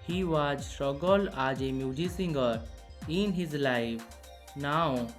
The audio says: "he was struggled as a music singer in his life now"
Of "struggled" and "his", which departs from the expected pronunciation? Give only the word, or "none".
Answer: struggled